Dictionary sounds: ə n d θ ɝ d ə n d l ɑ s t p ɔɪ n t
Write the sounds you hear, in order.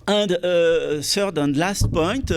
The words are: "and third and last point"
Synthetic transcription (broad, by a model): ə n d s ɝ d ə n d l ɑ s t p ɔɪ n t